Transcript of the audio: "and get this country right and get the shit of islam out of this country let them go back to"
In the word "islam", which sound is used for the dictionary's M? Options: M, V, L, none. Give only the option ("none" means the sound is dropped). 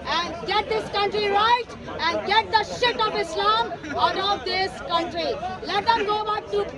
M